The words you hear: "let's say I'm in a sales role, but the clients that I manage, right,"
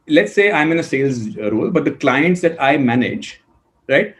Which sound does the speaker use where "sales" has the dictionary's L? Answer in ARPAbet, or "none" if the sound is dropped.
L